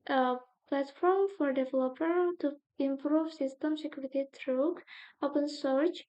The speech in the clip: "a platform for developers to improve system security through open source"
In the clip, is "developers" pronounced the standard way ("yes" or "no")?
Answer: no